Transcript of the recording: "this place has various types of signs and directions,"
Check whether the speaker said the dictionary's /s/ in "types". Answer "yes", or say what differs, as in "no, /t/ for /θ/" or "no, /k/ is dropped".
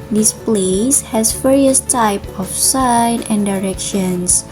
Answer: no, /s/ is dropped